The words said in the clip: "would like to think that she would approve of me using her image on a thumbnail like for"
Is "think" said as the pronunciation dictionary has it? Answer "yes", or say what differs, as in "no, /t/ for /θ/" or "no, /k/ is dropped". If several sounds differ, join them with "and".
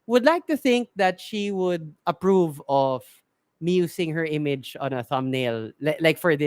yes